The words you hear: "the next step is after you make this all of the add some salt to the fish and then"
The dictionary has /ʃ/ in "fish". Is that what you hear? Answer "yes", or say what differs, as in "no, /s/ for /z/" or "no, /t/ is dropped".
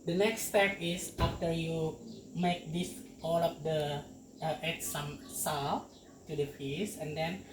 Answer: no, /s/ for /ʃ/